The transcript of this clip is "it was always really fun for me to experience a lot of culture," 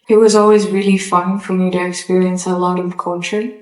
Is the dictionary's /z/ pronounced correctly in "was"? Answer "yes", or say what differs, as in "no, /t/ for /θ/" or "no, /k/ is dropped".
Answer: yes